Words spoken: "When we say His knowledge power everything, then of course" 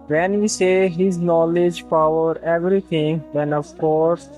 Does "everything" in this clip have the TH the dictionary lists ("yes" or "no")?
no